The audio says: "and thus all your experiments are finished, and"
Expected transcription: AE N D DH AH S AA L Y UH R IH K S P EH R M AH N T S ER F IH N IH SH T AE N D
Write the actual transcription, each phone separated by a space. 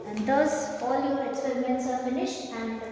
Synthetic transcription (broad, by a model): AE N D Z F AA L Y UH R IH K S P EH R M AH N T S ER F IH N IH SH T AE N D